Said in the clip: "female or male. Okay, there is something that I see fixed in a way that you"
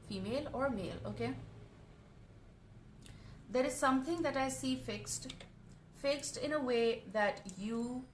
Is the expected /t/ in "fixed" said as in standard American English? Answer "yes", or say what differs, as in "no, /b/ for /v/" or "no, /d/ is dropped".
yes